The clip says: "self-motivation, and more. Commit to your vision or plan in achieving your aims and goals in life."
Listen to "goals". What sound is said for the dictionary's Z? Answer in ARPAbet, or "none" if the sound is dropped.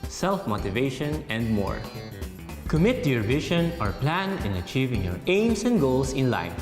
S